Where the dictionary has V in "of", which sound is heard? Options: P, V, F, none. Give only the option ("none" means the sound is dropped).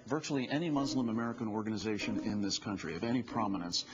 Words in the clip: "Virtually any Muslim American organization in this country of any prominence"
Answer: V